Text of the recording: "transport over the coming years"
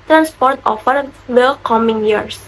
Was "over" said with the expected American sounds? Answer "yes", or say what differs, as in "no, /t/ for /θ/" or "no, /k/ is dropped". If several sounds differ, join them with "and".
no, /f/ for /v/